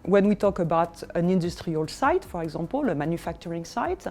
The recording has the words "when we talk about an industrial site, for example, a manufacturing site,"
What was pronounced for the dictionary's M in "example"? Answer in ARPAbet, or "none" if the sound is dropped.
none